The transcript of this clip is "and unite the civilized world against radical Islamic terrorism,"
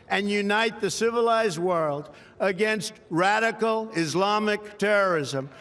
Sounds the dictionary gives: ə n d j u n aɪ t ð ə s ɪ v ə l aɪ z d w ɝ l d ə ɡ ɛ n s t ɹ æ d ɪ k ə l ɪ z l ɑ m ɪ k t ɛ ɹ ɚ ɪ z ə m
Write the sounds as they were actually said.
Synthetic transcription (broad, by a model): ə n j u n aɪ t ð ə s ɪ v ə l aɪ z d w ɝ l d ə ɡ ɛ n s t ɹ æ d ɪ k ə l ɪ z l ɑ m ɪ k t ɛ ɹ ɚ ɪ z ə m